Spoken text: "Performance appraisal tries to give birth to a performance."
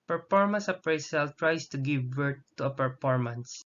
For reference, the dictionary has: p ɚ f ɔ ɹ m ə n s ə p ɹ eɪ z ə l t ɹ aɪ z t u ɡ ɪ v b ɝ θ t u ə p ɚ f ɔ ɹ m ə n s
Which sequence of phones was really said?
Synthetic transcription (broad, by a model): p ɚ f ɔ ɹ m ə n s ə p ɹ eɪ s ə l t ɹ aɪ s t u ɡ ɪ v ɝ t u ə p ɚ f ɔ ɹ m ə n s